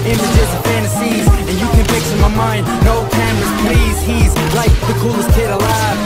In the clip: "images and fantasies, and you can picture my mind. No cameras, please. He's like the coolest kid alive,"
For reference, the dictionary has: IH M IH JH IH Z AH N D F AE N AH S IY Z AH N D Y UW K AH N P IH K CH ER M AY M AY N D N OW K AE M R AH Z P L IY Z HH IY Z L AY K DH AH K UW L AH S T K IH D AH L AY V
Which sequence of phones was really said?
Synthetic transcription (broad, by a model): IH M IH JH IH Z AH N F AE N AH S IY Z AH N Y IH K AH N F IH K S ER M AY M AY N D N OW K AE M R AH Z P L IY Z HH IY Z L AY K DH AH K UW L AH S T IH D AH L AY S